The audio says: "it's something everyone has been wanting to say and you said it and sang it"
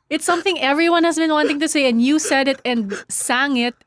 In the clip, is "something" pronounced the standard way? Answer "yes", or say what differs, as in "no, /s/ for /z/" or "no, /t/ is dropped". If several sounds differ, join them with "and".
yes